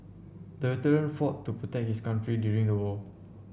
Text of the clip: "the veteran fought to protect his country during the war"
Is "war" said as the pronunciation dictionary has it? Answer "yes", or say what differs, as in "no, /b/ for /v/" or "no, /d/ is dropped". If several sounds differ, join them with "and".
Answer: no, /l/ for /ɹ/